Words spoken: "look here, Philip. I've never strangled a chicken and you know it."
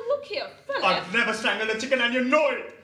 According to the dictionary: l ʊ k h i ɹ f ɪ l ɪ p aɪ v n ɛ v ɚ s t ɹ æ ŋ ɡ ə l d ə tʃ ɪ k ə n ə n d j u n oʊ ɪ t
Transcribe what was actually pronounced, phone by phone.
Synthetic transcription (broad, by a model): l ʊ k h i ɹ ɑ ɪ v n ɛ v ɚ s t æ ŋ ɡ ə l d ə tʃ ɪ k ə n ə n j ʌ n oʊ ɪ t